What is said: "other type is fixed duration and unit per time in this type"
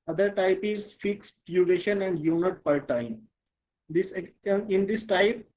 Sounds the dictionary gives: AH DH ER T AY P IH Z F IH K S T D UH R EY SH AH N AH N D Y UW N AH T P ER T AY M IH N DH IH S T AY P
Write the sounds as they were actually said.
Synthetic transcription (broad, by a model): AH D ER T AY P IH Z F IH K S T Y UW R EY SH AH N AH N D Y UW N AH T P ER T AY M IH N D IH S T AY P